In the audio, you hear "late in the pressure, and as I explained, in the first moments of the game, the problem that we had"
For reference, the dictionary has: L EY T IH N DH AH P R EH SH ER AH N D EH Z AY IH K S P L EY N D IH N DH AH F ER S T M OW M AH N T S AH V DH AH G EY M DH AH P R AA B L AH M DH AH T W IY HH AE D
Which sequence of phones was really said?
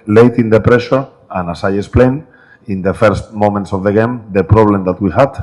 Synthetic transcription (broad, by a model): L EY T IH N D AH P R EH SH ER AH N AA S AY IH S P L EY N IH N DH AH F ER S T M OW M AH N T S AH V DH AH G EY M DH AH P R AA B L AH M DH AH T W IY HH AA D